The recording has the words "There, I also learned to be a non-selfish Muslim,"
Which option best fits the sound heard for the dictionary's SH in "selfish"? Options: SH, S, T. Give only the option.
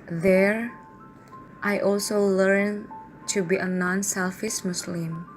S